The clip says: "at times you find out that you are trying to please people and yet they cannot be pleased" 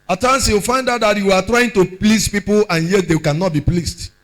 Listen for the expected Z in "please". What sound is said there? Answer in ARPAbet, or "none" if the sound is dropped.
S